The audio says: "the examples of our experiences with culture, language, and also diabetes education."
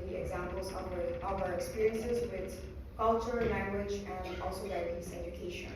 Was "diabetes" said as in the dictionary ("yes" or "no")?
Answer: no